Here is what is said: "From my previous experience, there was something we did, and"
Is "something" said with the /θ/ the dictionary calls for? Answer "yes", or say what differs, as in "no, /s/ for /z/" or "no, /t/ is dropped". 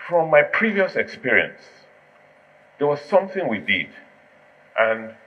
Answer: yes